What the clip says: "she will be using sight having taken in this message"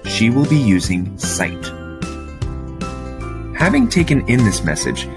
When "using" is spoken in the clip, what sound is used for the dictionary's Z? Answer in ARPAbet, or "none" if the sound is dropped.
Z